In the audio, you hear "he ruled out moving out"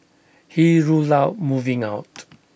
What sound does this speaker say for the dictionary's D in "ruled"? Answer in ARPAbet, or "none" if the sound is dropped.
none